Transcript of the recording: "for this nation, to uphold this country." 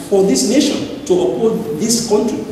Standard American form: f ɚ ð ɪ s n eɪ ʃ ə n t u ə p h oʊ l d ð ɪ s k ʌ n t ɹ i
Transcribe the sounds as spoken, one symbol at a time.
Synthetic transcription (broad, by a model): f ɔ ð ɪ s n eɪ ʃ ə n t u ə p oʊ d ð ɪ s k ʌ n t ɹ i